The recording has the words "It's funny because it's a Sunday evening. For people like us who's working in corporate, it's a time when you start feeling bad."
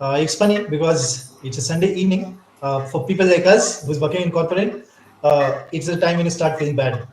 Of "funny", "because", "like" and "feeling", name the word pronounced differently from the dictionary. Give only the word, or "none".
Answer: funny